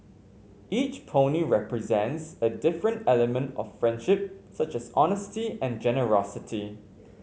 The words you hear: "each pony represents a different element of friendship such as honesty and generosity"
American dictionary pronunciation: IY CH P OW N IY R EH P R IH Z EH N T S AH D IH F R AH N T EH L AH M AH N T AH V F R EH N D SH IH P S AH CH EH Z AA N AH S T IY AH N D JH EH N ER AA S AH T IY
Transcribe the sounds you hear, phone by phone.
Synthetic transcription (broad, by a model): IY CH P OW N IY R EH P R IH Z EH N T S AH D IH F R AH N T EH L AH M AH N T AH F R EH N D SH IH P S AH CH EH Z AA N AH S T IY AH N JH EH N ER AA S AH T IY